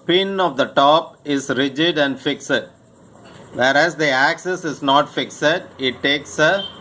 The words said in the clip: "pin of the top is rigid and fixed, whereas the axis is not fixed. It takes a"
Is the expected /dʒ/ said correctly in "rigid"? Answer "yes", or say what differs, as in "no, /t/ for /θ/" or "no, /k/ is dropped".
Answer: yes